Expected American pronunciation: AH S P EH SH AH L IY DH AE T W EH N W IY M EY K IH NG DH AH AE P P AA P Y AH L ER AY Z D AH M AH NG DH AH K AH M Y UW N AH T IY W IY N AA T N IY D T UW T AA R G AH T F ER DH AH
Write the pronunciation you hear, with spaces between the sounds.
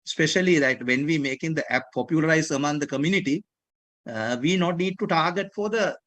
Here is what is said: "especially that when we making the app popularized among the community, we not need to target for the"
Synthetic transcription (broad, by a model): S P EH SH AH L IY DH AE T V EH N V IY M EY K IH NG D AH AE P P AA P Y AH L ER AY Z AH M AH NG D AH K AH M Y UW N AH T IY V IY N AA T N IY D T UW T AA R G AH T F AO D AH